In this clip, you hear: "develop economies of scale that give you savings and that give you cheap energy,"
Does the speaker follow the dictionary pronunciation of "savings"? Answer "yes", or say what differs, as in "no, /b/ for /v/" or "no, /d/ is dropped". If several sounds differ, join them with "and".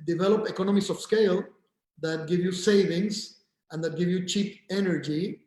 no, /s/ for /z/